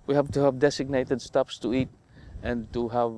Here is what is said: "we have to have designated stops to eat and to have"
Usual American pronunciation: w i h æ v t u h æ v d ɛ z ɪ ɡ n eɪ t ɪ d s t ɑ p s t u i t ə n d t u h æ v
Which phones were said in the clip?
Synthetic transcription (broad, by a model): w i h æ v t u h æ v d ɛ s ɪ ɡ n eɪ t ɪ d s t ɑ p s t u i t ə n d t u h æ v